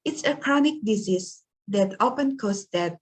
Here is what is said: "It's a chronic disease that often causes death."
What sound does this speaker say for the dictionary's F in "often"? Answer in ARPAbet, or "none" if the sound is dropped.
P